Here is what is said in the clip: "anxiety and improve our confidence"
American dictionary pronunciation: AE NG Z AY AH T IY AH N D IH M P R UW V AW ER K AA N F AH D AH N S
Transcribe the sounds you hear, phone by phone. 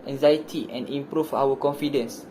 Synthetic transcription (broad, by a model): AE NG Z AY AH T IY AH N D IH M P R UW F AW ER K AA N F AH D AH N S